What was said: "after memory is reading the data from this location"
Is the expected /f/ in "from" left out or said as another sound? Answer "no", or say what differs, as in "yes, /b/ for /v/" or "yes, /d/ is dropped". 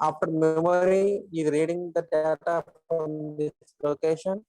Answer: yes, /p/ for /f/